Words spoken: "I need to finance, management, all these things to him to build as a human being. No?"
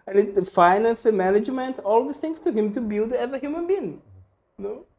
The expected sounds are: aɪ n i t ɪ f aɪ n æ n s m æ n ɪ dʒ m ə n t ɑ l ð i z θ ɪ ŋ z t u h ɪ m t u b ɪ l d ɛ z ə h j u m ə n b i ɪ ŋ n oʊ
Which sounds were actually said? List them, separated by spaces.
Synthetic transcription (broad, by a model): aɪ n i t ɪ f aɪ n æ n s m æ n ɪ dʒ m ə n t ɑ l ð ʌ θ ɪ ŋ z t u h ɪ m t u b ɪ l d ɛ z ə h j u m ə n b i ɪ ŋ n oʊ